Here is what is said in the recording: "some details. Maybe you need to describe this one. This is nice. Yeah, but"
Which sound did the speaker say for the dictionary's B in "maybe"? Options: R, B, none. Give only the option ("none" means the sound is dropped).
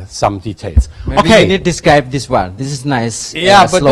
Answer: none